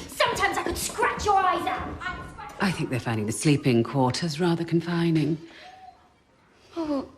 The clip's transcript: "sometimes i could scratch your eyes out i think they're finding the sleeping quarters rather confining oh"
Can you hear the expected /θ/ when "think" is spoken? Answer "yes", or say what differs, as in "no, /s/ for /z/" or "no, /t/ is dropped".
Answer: yes